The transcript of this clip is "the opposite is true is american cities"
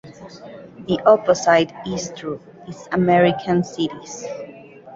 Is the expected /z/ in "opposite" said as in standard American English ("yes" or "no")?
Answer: no